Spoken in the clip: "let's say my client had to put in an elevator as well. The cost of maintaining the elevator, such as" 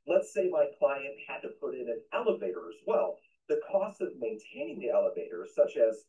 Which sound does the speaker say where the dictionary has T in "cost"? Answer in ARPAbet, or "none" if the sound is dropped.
T